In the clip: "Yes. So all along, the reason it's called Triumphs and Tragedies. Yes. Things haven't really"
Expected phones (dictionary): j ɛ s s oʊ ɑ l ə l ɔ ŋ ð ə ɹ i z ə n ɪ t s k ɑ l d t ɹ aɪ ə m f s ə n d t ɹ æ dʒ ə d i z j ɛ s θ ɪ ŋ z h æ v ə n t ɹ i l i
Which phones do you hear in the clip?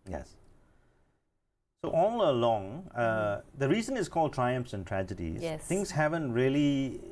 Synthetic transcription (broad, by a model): j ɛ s s oʊ ɑ l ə l ɔ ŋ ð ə ɹ i z ə n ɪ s k ɑ l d t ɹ aɪ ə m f s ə n t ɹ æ dʒ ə d i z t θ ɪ ŋ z h æ v ə n t ɹ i l i